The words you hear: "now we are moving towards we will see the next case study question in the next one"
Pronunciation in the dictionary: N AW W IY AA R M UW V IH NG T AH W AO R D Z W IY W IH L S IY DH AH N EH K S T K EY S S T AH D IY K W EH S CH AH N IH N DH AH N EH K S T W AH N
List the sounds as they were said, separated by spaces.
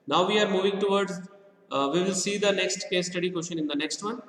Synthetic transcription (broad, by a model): N AW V IY AA R M UW V IH NG T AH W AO R D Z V IY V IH L S IY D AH N EH K S T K EY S S T AH D IY K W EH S SH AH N IH N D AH N EH K S T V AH N